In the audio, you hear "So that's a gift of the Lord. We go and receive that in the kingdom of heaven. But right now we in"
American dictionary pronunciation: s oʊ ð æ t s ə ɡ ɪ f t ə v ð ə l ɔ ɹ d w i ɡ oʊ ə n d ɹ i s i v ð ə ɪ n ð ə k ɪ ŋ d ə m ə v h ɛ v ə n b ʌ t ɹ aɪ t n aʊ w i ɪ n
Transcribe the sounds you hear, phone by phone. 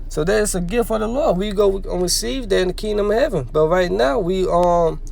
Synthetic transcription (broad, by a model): s oʊ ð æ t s ə ɡ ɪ f ə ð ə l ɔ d w i ɡ oʊ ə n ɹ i s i v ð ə ɪ n ð ə k ɪ ŋ d ə m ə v h ɛ v ə n b ʌ t ɹ aɪ t n aʊ w i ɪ